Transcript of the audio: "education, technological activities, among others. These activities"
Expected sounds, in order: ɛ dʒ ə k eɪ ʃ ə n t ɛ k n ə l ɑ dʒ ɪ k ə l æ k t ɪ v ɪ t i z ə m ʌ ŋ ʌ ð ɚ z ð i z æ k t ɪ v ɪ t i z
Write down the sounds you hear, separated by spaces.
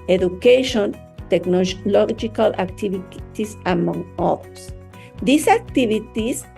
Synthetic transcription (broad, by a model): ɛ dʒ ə k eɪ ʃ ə n t ɛ k n ə l ɑ dʒ ɪ k ə l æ k t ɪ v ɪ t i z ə m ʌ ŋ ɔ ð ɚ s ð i s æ k t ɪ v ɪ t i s